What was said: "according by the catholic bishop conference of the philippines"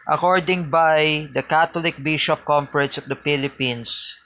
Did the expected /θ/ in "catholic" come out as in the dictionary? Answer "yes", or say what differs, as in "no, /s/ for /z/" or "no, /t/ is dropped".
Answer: no, /t/ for /θ/